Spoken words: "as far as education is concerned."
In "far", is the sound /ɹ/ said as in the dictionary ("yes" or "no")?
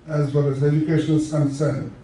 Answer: no